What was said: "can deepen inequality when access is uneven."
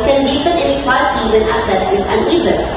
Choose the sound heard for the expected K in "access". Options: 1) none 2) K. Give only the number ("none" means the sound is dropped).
1